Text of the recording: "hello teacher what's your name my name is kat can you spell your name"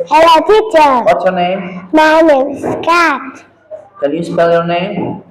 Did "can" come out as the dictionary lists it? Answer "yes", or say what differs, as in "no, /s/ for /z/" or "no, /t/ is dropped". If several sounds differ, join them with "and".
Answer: no, /l/ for /n/